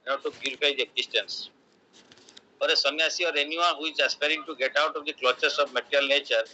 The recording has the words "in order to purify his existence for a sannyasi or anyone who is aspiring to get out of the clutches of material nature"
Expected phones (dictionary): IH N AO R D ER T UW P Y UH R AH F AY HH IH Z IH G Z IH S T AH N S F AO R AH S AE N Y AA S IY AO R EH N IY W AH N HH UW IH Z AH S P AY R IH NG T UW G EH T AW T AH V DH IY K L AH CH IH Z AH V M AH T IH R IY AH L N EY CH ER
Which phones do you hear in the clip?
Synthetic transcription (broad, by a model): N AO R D T UW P Y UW R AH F AY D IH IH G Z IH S T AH N S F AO R AH S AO N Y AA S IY AO R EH N IY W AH N HH UW IH Z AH S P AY R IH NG T UW G EH T AW T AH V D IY K L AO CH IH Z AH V M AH T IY R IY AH L N EY CH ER